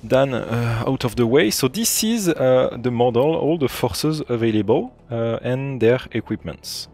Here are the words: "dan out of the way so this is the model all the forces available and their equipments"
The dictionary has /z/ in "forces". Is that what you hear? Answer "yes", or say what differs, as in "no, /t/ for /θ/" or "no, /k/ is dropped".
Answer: yes